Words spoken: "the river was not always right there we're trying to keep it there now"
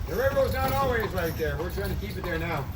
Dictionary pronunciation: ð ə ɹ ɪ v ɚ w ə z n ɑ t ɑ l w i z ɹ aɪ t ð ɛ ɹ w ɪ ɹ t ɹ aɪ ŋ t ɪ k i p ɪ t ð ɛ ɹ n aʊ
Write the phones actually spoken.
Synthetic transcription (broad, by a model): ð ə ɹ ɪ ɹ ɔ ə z n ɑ t ɑ l w i z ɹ aɪ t ð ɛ ɹ w ɪ ɹ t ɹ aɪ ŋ t ɪ k i p ɪ t ð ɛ ɹ n aʊ